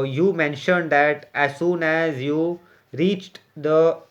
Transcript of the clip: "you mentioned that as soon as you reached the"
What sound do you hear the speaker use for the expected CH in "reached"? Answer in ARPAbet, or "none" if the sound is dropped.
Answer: CH